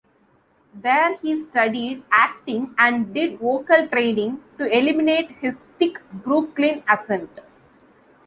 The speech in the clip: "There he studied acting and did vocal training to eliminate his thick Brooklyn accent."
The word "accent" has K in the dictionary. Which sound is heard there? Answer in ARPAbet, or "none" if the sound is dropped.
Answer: none